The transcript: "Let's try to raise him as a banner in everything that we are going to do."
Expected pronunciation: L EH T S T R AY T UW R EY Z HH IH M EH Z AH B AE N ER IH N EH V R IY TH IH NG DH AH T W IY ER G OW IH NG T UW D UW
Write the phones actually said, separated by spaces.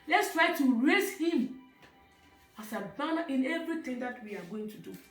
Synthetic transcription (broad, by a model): L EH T S T R AY T UW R EY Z HH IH M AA S AH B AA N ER IH N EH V R IY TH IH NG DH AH T W IY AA G OW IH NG T UW D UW